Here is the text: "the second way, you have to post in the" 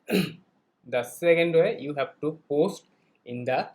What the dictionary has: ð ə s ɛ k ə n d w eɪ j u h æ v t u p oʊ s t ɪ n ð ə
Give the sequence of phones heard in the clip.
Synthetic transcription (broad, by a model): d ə s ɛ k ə n d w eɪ j u h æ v t u p oʊ s t ɪ n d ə